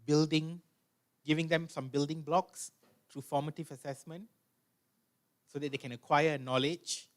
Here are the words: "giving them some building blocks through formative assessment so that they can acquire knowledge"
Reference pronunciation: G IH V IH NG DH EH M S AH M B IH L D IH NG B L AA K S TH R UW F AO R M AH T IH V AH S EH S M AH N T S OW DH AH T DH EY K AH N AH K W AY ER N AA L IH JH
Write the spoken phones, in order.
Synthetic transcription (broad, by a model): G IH V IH NG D EH M S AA M B IH L D IH NG B L AA K S T R UW F AO M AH T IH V AH S EH S M AH N T S OW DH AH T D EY K AH N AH K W AY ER N AA L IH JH